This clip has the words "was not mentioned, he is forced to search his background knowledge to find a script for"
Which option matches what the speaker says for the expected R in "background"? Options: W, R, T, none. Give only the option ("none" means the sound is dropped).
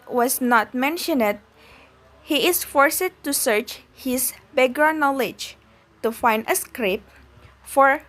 none